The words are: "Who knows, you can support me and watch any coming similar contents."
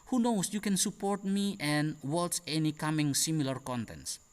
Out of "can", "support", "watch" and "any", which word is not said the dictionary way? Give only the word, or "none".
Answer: watch